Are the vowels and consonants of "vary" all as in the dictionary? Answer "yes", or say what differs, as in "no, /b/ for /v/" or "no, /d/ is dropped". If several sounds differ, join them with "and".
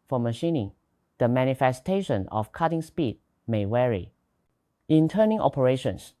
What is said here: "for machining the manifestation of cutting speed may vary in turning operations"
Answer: no, /w/ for /v/